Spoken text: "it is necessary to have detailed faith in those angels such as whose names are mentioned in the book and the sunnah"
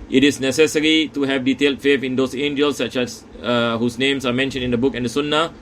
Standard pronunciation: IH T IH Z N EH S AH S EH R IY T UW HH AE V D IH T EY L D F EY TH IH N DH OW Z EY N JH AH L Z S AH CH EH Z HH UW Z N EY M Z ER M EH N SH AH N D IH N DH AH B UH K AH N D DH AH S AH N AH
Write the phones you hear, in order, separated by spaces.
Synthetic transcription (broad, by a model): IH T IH S N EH S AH S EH R IY T UW HH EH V D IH T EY L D F EY F IH N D OW S EY N JH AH L S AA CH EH S HH UW S N EY M S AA M EH N SH AH N D IH N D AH B UH K AH N D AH S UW N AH